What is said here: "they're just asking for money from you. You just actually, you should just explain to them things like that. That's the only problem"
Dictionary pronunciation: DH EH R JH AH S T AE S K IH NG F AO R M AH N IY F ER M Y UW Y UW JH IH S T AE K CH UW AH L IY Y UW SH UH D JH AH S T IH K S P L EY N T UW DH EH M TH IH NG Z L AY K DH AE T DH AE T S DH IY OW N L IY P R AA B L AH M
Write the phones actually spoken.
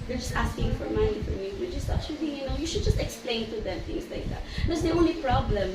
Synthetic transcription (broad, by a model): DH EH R JH AH S T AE S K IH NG F AO R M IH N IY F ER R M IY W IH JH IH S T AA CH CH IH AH N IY Y UW SH UH D JH AH S T IH K S P L EY N T UW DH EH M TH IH NG S L AY K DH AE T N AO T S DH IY OW N L IY P R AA B L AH M